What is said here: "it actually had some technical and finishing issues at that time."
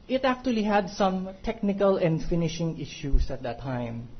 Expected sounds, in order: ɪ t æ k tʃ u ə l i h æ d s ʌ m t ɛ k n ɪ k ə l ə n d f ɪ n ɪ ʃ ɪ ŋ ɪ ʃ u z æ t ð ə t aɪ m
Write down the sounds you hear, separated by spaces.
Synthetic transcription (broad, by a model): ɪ t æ k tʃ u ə l i h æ d s ʌ m t ɛ k n ɪ k ə l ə n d f ɪ n ɪ ʃ ɪ ŋ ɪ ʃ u s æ t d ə t aɪ m